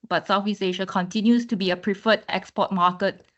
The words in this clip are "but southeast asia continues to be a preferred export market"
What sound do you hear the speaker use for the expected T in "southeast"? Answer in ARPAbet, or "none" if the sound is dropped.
none